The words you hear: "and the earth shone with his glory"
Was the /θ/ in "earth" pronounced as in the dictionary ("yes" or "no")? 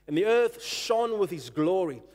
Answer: yes